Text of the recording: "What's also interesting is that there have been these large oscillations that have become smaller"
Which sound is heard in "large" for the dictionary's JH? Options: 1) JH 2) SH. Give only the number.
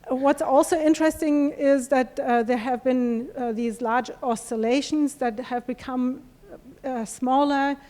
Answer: 1